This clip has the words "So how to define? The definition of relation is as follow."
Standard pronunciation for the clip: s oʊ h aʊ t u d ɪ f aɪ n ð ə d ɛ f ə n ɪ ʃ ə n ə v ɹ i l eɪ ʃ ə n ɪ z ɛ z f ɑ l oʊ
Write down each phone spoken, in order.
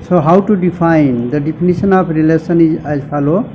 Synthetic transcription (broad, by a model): s oʊ h aʊ t u d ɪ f aɪ n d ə d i p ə n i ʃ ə n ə p ɹ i l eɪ s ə n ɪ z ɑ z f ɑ l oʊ